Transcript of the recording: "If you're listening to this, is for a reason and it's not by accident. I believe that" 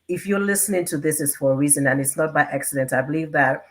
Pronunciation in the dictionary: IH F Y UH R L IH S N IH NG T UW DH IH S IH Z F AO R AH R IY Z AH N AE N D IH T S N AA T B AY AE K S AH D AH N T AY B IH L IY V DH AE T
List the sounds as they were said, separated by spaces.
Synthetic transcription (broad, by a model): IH F Y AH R L IH S N IH NG T UW DH IH S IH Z F AO R AH R IY Z AH N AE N IH T S N AA T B AY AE K S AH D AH N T AY B IH L IY V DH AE T